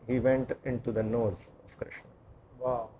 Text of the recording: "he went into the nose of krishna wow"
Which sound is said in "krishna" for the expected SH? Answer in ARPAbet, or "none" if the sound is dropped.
SH